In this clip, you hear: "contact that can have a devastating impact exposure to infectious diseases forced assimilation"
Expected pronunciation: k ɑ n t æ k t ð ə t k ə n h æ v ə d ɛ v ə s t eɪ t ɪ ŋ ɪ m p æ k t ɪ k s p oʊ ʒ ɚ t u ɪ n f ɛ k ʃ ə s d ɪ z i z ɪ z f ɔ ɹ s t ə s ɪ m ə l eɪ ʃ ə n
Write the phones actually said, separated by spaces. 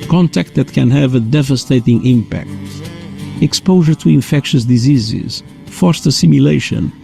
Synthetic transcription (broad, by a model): k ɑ n t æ k t ð ə t k ə n h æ v ə d ɛ v ə s t eɪ t ɪ ŋ ɪ m p æ k t ɪ k s p oʊ ʒ ɚ t u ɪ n f ɛ k ʃ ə s d ɪ z i z ɪ z f ɔ ɹ s t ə s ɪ m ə l eɪ ʃ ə n